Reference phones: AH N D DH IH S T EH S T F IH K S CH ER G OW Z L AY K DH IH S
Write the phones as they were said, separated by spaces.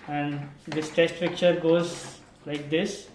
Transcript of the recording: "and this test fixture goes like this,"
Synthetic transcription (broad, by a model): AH N D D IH S T EH S T P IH K CH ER G OW Z L AY K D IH S